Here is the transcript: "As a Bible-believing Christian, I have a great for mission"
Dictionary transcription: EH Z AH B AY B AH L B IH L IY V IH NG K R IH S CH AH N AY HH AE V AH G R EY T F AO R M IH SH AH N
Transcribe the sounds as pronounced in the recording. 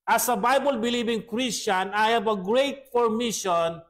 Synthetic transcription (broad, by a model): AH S AH B AY B AH L B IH L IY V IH NG K R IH S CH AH N AY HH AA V AH G R EY T P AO R M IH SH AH N